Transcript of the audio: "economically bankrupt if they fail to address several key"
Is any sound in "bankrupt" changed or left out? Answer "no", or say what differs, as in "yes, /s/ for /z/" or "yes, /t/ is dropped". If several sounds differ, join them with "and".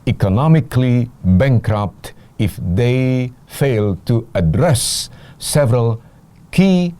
no